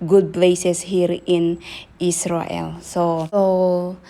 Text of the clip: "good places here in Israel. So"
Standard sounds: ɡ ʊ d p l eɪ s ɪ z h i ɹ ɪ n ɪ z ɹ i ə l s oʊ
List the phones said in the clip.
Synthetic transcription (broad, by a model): ɡ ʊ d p l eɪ s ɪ s h i ɹ ɪ n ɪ s ɹ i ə l s oʊ